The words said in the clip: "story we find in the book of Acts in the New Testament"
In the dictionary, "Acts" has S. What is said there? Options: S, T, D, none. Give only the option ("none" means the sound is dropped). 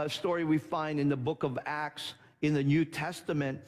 S